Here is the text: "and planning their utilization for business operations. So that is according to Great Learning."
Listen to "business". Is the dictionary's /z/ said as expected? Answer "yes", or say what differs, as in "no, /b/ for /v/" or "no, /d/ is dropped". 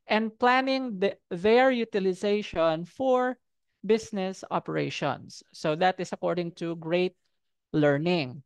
no, /s/ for /z/